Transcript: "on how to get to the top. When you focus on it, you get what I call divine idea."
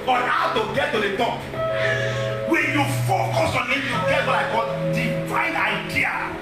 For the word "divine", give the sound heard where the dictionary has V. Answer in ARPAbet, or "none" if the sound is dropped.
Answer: F